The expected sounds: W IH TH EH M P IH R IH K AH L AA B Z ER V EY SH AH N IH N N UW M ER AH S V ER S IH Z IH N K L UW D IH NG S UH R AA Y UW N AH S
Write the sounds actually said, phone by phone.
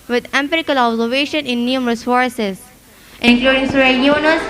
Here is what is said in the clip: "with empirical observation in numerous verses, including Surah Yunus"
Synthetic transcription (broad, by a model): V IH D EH M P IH R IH K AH L AA B Z ER V EY SH AH N IH N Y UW M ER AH S F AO S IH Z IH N K L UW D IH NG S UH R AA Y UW N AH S